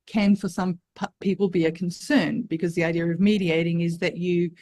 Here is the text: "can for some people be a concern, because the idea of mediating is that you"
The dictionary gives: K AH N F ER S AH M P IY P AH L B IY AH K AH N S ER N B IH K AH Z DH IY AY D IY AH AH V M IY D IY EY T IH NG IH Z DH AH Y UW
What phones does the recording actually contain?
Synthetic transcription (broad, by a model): K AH N F ER S AH M P IY P L B IY AH K N S ER N B IH K AH Z DH IY AY D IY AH AH V M IY D IY EY T IH NG IH Z DH AH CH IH